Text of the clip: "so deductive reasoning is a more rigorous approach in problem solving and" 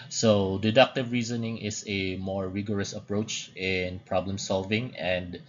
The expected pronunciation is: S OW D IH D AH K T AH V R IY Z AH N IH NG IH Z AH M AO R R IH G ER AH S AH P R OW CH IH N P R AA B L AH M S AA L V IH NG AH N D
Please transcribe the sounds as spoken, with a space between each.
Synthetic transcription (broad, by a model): S OW D IH D AH K T AH V R IY Z AH N IH NG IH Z AH M AO R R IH G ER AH S AH P R OW CH IH N P R AA B L AH M S AA L V IH NG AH N D